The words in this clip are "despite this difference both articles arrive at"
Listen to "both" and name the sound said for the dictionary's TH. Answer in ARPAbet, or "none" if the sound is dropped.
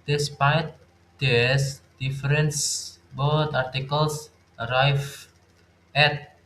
T